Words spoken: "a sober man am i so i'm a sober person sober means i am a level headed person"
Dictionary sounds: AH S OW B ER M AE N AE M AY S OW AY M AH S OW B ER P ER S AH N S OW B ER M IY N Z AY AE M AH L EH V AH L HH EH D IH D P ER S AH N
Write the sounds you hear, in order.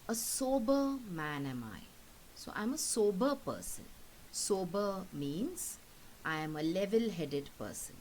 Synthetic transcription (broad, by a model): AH S OW B ER M AE N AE M AY S OW AY M AH S OW B ER P ER S AH N S OW B ER M IY N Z AY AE M AH L EH V AH L HH EH D IH D P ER S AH N